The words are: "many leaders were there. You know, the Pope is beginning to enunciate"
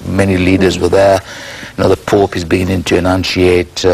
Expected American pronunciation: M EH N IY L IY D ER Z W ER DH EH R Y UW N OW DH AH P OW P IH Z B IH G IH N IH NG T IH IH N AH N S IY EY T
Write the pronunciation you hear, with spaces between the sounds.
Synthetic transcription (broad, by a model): M EH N IY L IY D ER Z W ER DH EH R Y N OW DH AH P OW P IH Z B IH G IH N IH NG T IH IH N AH N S IY EY T